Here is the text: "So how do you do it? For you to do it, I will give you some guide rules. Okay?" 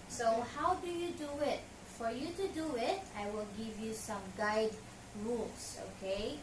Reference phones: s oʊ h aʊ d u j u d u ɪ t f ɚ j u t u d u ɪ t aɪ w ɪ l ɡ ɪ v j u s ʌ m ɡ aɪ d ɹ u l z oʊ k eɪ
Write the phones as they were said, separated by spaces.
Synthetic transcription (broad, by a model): s oʊ h aʊ d u j u d u ɪ t f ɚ j u t u d u ɪ t aɪ w ɪ l ɡ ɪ v j u s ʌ m ɡ aɪ d ɹ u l s oʊ k eɪ